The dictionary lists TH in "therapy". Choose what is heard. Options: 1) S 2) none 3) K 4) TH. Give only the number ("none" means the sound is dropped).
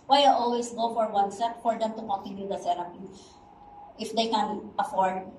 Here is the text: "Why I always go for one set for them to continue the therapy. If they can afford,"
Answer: 1